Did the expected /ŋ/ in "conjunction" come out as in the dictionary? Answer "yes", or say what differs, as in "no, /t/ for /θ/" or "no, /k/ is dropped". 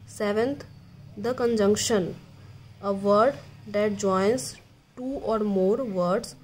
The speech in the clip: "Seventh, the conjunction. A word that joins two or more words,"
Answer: yes